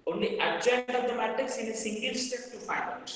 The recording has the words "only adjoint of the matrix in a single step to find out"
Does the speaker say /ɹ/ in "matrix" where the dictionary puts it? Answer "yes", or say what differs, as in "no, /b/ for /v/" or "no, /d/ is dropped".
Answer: no, /ɹ/ is dropped